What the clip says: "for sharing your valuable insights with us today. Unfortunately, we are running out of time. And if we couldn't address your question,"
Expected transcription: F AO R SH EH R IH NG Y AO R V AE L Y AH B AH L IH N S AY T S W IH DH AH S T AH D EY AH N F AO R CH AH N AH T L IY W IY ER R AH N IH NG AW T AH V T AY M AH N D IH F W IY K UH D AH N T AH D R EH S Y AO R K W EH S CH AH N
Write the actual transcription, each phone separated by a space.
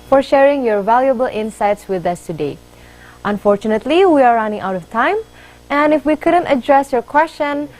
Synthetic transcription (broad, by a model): F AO R SH EH R IH NG Y AO R V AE L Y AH B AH L IH N S AY T S W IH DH AH S T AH D EY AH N F AO R CH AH N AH T L IY W IY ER R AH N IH NG AW T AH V T AY M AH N IH F W IY K UH D AH N T AH D R EH S Y AO R K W EH S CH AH N